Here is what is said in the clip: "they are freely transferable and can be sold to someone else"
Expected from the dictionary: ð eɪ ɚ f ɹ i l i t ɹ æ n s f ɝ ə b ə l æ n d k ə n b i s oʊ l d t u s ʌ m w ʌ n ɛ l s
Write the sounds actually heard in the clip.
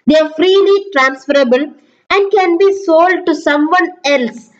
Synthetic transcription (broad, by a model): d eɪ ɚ f ɹ i l i t ɹ æ n s f ɝ ə b ə l æ n d k ə n b i s oʊ l d t u s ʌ m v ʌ n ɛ l s